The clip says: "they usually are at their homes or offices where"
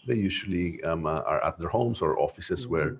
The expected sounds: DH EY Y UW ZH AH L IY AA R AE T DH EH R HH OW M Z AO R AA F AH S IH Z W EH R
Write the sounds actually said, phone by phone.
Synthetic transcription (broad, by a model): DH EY Y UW SH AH L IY AA R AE T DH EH R HH OW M S AO R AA F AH S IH S W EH R